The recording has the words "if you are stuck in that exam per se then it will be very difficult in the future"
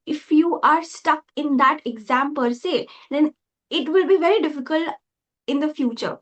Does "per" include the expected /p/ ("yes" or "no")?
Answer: yes